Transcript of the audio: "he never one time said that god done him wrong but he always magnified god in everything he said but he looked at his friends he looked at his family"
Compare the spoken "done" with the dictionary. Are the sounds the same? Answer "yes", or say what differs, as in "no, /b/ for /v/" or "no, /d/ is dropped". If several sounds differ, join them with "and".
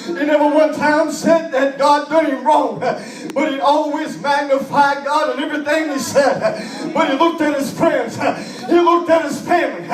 no, /n/ is dropped